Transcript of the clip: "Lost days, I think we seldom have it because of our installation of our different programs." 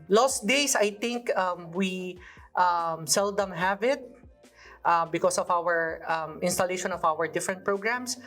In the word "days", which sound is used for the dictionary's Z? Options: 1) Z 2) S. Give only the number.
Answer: 2